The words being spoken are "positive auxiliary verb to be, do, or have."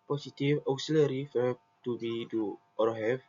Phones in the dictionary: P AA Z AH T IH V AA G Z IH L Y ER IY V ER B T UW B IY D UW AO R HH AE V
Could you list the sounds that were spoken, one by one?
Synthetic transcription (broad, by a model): P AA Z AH T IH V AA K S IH L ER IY F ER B T UW B IY D UW AO R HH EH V